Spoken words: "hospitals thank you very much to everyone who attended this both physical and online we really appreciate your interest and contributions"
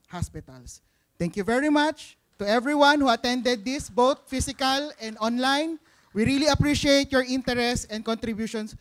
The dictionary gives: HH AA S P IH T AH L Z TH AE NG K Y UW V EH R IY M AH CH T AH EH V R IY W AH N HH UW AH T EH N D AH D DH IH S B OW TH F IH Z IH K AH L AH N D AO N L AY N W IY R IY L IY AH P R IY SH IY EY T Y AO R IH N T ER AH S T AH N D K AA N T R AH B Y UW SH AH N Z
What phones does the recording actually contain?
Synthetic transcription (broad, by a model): HH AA S P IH T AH L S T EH NG K Y UW V EH R IY M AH CH T AH EH V R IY W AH N HH UW AH T EH N D AH D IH S B OW T F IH S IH K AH L AH N D AO N L AY N W IY R IY L IY AH P R IY SH IY EY T Y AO R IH N T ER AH S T AH N D K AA N T R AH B Y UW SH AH N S